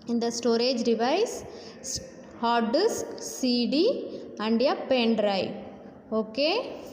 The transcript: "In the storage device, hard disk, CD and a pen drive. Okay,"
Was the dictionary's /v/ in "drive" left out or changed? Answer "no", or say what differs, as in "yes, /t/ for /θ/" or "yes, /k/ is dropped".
yes, /v/ is dropped